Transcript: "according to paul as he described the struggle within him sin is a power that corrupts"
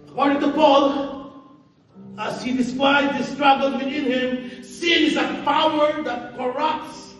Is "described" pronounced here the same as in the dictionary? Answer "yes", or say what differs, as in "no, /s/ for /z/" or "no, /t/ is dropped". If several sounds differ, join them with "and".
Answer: no, /b/ is dropped